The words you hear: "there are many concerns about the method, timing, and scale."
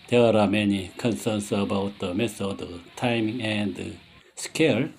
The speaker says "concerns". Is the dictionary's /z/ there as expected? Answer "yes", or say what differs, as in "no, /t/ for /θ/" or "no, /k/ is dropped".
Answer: no, /s/ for /z/